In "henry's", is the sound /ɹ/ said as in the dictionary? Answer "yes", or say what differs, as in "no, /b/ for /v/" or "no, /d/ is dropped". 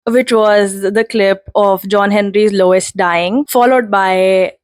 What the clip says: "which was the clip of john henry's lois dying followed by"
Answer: yes